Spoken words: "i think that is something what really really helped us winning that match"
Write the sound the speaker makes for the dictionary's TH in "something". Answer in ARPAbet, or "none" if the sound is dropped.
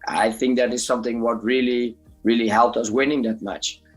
TH